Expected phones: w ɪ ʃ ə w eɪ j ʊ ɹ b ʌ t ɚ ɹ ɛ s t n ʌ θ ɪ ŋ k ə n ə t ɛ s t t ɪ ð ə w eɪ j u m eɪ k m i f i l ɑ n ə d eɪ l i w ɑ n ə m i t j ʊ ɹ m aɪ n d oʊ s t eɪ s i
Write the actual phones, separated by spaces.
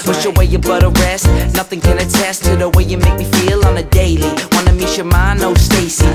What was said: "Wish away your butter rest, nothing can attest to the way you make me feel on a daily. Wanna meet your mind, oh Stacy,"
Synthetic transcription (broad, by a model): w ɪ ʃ ə w eɪ j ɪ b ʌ t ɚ ɹ ɛ s t n ʌ θ ɪ ŋ k ə n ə t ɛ s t t ɪ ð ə w eɪ j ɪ m eɪ k m i f i l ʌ n ə d eɪ l i w ɑ n ə m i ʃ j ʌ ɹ m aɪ n oʊ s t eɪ s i